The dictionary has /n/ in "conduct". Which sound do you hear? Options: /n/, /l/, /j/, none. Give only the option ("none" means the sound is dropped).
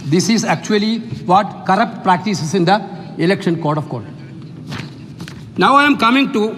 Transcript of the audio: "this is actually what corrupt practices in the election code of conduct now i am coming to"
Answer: none